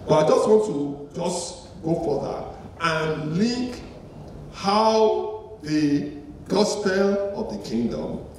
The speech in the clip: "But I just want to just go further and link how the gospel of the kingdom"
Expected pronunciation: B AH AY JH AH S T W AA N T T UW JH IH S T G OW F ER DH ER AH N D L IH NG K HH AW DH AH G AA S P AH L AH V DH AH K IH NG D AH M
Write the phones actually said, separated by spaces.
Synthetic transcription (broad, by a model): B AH AY JH AH S T W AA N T T UW JH IH S T G OW F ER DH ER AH N L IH K HH AW DH AH G AA S P AH L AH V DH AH K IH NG D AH M